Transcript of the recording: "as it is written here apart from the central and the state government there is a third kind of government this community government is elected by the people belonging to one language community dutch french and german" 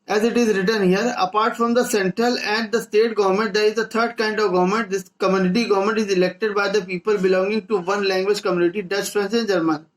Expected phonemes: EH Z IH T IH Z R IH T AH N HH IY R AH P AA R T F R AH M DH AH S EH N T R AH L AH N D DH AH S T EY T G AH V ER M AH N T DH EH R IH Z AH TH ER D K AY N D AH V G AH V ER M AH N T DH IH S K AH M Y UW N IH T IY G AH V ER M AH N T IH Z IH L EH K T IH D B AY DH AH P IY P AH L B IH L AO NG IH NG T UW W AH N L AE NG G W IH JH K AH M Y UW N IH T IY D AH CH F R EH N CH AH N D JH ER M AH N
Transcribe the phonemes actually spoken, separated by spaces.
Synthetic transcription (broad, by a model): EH Z IH T IH Z R IH T AH N HH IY R AH P AA R T F R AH M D AH S EH N T R AH L AH N D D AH S T EY T G AH V ER M AH N T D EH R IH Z AH T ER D K AY N D AH V G AH V ER M AH N T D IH S K AH M Y UW N IH T IY G AH V ER M AH N T IH Z IH L EH K T IH D B AY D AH P IY P AH L B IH L AO NG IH NG T UW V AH N L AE NG G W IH JH K AH M Y UW N IH T IY D AH CH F R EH N S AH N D JH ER M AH N